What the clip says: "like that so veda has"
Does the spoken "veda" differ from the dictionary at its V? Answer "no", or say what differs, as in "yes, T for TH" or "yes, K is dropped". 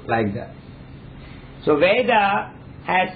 no